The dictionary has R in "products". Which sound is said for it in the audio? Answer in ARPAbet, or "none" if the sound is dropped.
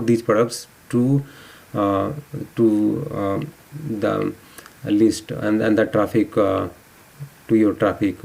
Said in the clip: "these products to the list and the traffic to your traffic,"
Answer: none